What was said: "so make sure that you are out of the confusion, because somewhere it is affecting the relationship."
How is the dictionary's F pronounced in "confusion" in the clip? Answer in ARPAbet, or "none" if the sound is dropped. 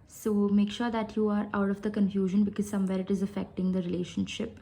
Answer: F